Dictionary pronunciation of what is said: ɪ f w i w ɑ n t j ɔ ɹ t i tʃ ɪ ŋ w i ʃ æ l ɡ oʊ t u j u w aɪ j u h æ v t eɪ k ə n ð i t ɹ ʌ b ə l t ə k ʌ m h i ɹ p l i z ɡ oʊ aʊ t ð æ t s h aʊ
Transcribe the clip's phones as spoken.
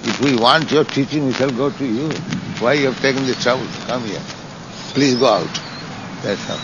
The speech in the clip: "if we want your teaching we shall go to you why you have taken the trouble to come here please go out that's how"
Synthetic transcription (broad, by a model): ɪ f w i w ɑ n t j ɔ ɹ t i tʃ ɪ ŋ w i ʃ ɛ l ɡ oʊ t u j u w aɪ j u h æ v t eɪ k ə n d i t ɹ ʌ b ə l k ʌ m h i ɹ p l i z ɡ oʊ aʊ t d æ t s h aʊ